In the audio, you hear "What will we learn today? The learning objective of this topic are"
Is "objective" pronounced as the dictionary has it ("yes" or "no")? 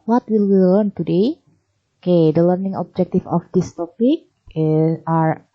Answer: no